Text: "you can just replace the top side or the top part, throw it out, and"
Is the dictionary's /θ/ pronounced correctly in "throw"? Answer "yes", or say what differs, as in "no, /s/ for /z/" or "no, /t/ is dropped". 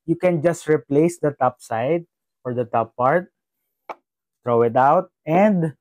no, /t/ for /θ/